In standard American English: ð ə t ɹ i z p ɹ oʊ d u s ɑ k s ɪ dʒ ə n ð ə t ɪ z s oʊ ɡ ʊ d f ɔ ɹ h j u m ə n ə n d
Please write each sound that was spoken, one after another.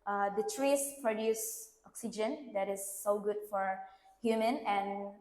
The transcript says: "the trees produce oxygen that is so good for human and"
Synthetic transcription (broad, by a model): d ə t ɹ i s p ɹ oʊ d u s ɑ k s ɪ dʒ ə n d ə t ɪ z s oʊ ɡ ʊ d f ɔ ɹ h j u m ə n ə n